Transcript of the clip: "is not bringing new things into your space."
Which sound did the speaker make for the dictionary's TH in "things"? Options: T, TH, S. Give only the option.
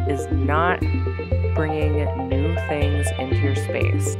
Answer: TH